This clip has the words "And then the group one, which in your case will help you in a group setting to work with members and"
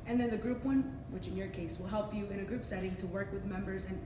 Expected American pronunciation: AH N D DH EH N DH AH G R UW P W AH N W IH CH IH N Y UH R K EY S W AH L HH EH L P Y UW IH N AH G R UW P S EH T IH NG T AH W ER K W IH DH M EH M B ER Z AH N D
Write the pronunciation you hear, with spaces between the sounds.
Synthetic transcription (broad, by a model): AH N DH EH N DH AH G R UW P W AH N W IH CH IH N Y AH R K EY S W AH L HH EH L P Y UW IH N AH G R UW P S EH T IH NG T AH W ER K W IH DH M EH M B ER Z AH N